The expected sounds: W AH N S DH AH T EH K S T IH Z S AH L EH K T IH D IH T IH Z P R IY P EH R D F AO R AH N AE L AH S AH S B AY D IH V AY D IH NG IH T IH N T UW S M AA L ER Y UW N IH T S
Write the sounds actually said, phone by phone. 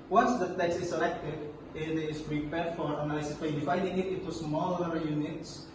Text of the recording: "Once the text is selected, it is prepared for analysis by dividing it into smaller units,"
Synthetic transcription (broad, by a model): W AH N S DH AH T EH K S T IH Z S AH L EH K T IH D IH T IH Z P R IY P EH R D F AO R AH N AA L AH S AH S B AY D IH F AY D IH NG IH T IH N T UW S M AA L ER Y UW N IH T S